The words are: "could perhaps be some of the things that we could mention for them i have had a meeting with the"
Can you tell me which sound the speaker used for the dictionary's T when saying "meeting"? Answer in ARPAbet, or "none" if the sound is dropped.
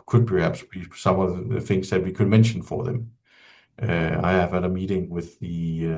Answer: T